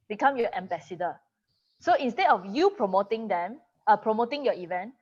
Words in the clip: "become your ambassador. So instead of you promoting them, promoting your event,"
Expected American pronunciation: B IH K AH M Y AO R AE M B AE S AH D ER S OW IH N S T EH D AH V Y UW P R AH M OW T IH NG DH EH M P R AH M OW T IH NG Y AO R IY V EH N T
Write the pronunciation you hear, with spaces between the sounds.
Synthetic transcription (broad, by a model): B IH K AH M Y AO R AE M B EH S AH D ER S OW IH N S T EH D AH F Y UW P R AH M OW T IH NG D EH M P R AH M OW T IH NG Y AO IY V EH N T